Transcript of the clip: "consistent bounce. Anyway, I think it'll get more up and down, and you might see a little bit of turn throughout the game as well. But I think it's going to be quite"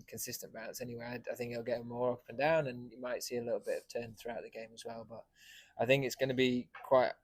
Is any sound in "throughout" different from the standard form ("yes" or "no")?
no